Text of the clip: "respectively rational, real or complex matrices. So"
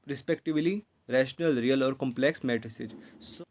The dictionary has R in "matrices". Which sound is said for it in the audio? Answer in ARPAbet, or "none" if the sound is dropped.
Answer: none